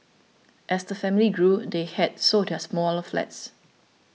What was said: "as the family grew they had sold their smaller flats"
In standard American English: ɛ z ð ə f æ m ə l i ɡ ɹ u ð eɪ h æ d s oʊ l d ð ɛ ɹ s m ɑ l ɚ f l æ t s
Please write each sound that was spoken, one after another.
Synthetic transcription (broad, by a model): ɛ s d ə f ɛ m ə l i ɡ ɹ u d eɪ h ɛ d s oʊ d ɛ s m ɑ l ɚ f l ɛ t s